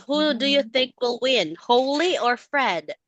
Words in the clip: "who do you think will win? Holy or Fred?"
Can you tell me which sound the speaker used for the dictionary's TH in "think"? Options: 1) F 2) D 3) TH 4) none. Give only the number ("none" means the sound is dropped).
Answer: 3